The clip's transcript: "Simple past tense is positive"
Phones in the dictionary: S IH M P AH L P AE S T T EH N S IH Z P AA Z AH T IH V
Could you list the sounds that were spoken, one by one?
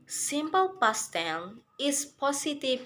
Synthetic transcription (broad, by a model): S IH M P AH L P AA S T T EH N IH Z P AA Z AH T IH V